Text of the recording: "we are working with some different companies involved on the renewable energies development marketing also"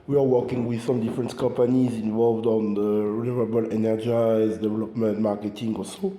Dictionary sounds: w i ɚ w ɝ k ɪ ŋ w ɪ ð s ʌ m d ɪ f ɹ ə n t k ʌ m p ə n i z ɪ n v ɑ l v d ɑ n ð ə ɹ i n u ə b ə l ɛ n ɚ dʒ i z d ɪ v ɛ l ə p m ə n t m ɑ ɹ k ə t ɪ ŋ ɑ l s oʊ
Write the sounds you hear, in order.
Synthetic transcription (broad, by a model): w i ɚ w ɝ k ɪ ŋ w ɪ ð s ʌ m d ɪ f ɹ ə n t k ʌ m p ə n i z ɪ n v ɑ l v d ɑ n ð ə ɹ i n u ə b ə l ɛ n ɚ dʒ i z d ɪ v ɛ l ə p m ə n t m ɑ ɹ k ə t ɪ ŋ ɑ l s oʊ